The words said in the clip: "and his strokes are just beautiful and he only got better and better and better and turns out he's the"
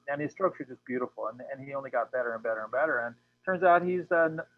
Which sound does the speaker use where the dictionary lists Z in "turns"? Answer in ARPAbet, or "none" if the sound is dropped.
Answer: Z